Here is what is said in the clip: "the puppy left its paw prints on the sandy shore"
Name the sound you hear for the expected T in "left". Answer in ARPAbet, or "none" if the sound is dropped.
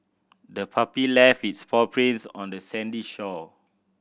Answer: none